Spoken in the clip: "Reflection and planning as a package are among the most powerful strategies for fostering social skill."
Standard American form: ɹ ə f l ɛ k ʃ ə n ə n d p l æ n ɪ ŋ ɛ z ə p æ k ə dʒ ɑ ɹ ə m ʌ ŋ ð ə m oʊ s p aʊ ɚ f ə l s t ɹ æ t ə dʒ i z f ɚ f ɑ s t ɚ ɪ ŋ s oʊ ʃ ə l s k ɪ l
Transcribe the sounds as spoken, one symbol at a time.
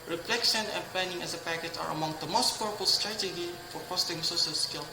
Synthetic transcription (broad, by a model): ɹ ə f l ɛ k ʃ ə n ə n p l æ n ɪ ŋ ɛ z ə p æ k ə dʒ ɑ ɹ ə m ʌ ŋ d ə m oʊ s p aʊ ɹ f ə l s t ɹ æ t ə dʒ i f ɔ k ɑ s t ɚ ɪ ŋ s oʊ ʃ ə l s k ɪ l